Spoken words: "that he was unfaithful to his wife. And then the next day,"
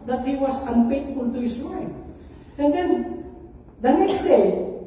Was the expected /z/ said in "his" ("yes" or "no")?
no